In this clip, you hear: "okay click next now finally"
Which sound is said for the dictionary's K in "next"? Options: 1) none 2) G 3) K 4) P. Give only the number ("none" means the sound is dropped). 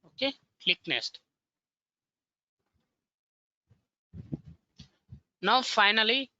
1